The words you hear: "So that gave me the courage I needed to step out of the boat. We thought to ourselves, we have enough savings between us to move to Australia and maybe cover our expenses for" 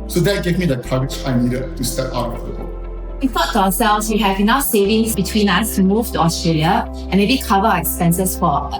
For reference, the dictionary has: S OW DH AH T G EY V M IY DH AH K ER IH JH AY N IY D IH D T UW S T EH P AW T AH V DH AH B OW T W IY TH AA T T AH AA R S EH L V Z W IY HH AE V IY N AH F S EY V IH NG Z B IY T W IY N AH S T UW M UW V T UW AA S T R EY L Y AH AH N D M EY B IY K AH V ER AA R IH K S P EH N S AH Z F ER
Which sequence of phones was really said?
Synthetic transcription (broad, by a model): S OW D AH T G EY V M IY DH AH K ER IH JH AY N IY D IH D T UW S T EH P AW T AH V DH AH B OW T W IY F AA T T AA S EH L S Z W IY HH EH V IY N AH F S EY V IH NG S B IY T W IY N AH S T UW M UW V T UW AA S T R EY L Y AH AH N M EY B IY K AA V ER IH K S P EH N S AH S F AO